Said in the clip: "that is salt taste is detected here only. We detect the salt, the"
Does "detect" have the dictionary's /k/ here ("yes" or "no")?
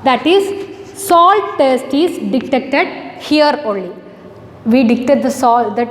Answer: no